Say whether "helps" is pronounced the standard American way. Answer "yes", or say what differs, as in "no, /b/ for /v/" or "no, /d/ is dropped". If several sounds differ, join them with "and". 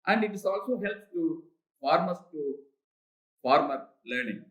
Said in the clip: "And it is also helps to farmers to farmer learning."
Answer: no, /s/ is dropped